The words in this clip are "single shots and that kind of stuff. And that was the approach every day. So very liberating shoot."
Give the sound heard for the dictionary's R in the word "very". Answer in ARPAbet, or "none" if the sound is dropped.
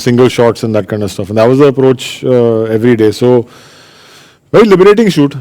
none